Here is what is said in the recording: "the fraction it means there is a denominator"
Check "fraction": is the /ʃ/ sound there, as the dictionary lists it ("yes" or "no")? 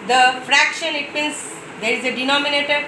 yes